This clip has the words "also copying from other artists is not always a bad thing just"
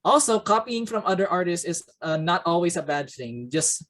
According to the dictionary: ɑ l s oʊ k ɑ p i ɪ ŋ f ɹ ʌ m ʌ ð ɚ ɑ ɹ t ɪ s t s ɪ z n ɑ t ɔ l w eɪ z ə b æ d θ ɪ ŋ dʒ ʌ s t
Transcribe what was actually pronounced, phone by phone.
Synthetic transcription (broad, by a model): ɑ l s oʊ k ɑ p i ɪ ŋ f ɹ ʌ m ʌ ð ɚ ɑ ɹ t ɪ s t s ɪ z n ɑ t ɔ l w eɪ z ə b æ d θ ɪ ŋ dʒ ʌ s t